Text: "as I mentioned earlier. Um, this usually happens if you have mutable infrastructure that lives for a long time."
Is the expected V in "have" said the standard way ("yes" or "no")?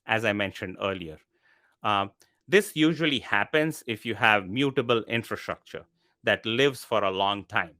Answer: yes